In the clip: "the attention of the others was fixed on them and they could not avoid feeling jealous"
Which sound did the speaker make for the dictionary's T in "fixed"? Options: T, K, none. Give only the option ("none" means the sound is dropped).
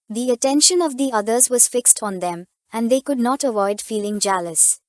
T